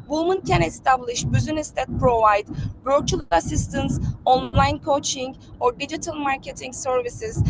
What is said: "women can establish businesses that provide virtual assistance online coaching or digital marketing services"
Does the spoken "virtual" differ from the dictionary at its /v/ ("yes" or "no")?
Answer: yes